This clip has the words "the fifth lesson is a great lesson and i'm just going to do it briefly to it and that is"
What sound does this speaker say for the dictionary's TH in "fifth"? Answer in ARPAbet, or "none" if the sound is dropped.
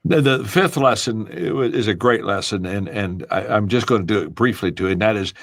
TH